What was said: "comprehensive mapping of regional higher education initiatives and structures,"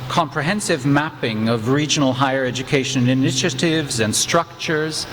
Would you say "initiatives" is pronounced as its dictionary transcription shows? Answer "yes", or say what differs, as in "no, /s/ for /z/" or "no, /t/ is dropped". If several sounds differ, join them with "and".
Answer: yes